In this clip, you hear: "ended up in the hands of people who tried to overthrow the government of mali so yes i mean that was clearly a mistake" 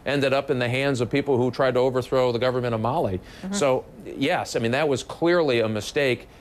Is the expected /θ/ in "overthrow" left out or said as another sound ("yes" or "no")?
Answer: no